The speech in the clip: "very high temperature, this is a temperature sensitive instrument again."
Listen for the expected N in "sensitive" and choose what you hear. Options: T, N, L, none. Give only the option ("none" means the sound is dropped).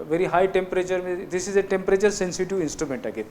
N